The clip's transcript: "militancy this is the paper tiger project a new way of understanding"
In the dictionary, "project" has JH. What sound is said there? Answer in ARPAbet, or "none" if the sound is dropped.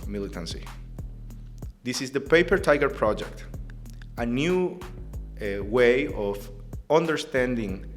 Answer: JH